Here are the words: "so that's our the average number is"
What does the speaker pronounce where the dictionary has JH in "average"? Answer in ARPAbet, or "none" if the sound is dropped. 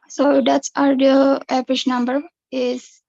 SH